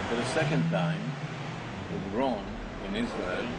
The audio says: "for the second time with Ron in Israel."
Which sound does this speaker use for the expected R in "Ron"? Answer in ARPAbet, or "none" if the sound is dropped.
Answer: R